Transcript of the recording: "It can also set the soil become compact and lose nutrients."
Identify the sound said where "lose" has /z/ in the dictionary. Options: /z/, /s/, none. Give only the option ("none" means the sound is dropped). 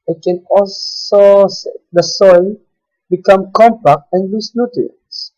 /s/